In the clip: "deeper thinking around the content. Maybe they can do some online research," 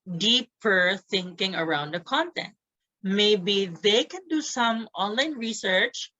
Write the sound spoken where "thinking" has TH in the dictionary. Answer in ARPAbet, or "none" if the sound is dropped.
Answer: TH